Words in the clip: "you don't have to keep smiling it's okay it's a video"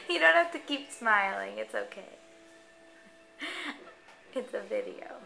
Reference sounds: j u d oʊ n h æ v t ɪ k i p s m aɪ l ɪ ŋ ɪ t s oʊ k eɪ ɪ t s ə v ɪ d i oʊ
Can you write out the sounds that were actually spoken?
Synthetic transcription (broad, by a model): j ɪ d oʊ n h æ f t ɪ k i p s m aɪ l ɪ ŋ ɪ t s oʊ k eɪ ɪ t s ə v ɪ d i oʊ